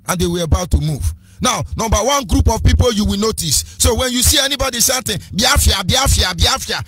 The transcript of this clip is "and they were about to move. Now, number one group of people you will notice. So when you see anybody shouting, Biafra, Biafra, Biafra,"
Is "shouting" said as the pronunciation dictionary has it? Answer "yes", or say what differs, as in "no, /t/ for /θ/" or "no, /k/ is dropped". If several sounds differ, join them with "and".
no, /s/ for /ʃ/